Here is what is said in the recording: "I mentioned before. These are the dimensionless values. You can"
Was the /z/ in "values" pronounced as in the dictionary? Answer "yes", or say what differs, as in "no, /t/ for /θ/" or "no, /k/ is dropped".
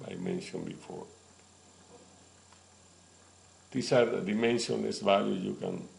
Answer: no, /z/ is dropped